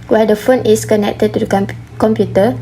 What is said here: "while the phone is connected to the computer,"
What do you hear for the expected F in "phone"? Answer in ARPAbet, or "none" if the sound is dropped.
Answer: F